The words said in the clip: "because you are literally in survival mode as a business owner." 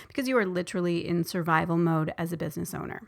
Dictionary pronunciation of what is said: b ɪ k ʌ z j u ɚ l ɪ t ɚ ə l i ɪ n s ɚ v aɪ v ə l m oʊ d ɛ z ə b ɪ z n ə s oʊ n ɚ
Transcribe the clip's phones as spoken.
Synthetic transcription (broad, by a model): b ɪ k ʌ z j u ɚ l ɪ t ɚ l i ɪ n s ɚ v aɪ v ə l m oʊ d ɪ z ə b ɪ z n ə s oʊ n ɚ